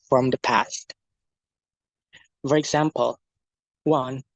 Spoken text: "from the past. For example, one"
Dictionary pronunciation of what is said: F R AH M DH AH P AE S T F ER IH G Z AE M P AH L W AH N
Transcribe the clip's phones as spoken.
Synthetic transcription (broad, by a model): F R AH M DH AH P AE S T F ER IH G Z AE M P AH L W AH N